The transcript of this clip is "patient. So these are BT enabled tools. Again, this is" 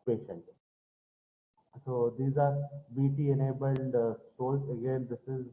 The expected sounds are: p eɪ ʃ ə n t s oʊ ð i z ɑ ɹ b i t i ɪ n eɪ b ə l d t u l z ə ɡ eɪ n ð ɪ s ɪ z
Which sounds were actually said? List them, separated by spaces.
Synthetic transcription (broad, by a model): p eɪ ʃ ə n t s oʊ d i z ɑ ɹ b i t i ɪ n eɪ b ə l d s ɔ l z ə ɡ eɪ n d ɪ s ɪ z